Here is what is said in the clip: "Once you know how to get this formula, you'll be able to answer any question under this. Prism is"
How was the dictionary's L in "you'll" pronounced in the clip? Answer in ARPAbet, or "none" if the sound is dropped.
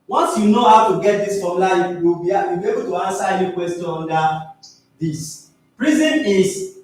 W